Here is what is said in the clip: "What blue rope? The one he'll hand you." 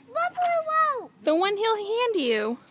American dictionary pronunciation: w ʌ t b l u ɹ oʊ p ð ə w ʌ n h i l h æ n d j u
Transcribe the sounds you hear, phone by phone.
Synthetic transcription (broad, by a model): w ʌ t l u w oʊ ð ə w ʌ n h i l h æ n d j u